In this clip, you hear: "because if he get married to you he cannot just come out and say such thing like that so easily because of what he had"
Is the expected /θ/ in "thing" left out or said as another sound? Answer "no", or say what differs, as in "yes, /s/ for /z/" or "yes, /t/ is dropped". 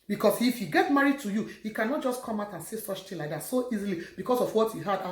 yes, /t/ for /θ/